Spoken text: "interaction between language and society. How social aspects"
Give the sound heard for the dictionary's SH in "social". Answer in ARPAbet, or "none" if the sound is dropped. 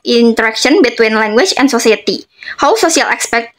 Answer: S